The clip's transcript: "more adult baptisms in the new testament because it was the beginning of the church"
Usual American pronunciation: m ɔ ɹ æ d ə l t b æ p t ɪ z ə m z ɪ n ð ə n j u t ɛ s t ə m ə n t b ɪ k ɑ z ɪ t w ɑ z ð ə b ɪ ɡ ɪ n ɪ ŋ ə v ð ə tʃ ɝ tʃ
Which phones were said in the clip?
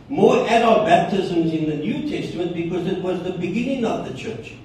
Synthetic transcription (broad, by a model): m ɔ ɹ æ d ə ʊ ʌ b æ p t ɪ z ə m z ɪ n ð ə n j u t ɛ s t ə m ə n t b ɪ k ɑ z ɪ t w ɑ z ð ə b ɪ ɡ ɪ n ɪ ŋ ə v ð ə tʃ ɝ tʃ